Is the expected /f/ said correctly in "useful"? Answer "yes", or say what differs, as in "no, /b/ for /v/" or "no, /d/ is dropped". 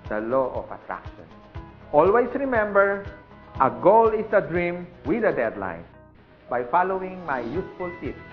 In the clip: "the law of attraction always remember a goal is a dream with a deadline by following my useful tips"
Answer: yes